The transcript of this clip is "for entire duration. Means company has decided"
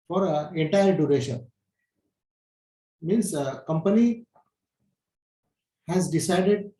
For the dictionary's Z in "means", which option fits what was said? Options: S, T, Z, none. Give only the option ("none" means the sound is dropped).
S